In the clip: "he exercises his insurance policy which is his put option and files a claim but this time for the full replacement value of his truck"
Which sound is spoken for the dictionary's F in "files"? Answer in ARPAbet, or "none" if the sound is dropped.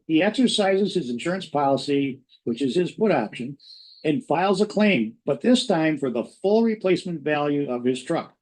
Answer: F